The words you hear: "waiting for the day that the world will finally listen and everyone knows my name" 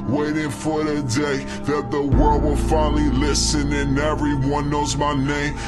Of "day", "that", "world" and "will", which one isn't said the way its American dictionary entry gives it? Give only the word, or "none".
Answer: none